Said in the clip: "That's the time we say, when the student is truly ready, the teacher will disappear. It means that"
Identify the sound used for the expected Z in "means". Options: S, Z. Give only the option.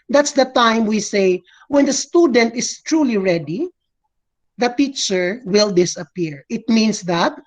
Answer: S